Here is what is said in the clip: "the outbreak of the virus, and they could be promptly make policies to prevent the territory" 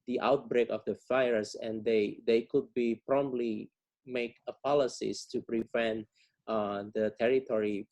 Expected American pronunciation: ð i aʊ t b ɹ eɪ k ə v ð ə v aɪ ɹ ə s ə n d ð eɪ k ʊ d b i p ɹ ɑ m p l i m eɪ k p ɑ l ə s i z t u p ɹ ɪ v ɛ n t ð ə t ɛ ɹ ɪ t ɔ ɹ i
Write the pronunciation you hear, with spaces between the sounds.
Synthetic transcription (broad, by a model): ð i aʊ t b ɹ eɪ k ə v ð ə f aɪ ɹ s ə n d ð eɪ k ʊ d b i p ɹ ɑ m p l i m eɪ k p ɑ l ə s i s t u p ɹ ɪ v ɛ n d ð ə t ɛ ɹ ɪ t ɔ ɹ i